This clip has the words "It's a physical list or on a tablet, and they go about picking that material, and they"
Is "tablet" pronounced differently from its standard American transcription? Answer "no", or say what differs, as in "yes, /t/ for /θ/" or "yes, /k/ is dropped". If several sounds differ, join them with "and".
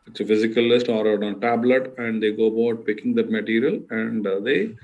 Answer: no